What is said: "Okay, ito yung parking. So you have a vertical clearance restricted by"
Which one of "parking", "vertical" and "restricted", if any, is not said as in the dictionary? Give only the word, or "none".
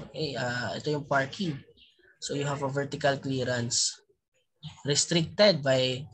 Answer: none